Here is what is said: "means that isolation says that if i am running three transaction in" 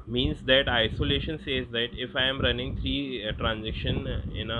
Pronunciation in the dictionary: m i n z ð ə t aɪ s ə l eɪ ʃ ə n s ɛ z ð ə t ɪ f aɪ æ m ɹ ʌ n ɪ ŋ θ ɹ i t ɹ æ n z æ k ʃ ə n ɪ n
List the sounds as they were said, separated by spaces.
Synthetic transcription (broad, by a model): m i n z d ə t aɪ s ə l eɪ ʃ ə n s ɛ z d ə t ɪ f aɪ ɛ m ɹ ʌ n ɪ ŋ t ɹ i t ɹ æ n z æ k ʃ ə n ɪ n